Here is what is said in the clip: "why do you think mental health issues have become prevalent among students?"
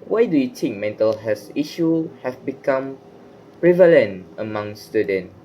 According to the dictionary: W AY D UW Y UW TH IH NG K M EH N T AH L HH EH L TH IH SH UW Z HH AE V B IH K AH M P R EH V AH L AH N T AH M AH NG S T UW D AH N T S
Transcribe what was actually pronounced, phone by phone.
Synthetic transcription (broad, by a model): W AY D UW Y UW T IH NG K M EH N T AH L HH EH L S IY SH UW HH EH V B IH K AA M P R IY V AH L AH N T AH M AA NG S T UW D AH N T